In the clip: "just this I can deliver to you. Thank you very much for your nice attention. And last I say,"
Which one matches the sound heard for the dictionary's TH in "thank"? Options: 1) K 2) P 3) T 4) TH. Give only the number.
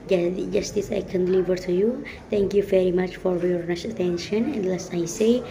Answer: 3